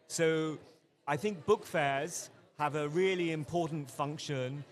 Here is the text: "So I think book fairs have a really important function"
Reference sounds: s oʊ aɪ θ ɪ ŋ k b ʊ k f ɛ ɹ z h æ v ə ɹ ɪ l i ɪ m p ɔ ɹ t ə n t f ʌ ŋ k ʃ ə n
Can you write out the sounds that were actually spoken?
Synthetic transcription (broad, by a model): s oʊ aɪ θ ɪ ŋ k b ʊ k f ɛ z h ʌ v ə ɹ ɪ l i ɪ m p ɔ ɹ t n t f ʌ ŋ k ʃ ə n